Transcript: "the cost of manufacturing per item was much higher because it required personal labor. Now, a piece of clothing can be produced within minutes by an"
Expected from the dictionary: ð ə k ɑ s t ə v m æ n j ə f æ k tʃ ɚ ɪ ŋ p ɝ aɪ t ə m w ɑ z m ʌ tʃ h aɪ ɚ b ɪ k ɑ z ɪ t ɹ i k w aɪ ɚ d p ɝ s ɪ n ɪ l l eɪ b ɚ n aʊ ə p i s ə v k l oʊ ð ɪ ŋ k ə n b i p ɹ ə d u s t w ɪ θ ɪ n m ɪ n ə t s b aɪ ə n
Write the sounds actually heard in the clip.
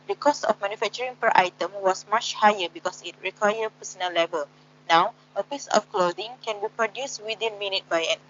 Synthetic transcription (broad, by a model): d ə k ɑ s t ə f m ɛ n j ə f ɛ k tʃ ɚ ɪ ŋ p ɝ aɪ t ə m w ɑ s m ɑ tʃ h aɪ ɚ b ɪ k ɑ s ɪ t ɹ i k w aɪ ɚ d p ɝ s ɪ n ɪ l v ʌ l n aʊ ə p i s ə f k l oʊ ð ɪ ŋ k ə n b i p ɹ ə d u s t w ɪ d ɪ n m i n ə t b aɪ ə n